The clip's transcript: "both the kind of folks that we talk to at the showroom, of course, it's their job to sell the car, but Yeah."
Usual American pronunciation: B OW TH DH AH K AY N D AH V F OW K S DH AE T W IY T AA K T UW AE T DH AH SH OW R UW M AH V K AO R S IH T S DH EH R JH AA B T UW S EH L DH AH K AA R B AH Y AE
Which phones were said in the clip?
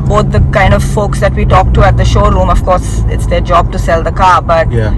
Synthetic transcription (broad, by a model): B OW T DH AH K AY N D AH V F OW K S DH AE T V IY T AA K T UW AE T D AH SH OW R UW M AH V K AO R S IH T S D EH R JH AA B T UW S EH L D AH K AA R B AH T